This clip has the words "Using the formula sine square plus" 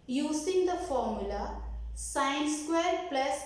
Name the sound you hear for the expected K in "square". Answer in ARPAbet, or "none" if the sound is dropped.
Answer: K